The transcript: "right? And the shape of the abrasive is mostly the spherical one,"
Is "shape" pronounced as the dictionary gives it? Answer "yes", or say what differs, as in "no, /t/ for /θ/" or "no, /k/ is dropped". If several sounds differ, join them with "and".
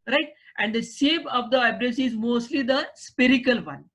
no, /s/ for /ʃ/